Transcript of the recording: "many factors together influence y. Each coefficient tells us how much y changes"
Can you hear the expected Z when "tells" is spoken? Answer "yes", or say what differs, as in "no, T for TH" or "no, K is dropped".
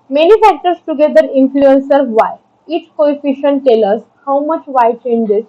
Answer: no, Z is dropped